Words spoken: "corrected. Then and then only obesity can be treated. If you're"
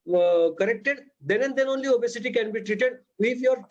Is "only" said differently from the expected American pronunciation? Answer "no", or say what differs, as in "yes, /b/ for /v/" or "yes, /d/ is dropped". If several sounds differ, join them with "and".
no